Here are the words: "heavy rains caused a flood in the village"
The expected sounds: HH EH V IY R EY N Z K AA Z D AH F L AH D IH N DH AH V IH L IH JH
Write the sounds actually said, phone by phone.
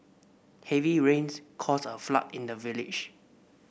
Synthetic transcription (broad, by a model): HH EH V IY R EY N S K AA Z AH F L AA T IH N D AH V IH L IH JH